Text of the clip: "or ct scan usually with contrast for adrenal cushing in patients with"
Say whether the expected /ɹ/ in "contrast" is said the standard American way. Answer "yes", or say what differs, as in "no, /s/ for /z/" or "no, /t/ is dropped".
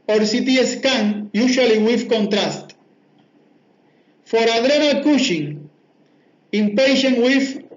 yes